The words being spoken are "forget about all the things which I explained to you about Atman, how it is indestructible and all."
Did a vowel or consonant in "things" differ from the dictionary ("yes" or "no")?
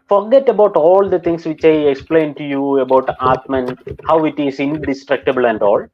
yes